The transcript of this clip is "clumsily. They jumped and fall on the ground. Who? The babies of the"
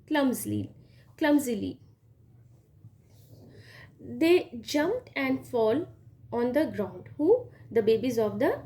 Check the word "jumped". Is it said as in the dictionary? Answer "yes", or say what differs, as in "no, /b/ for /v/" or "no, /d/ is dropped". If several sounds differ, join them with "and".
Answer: yes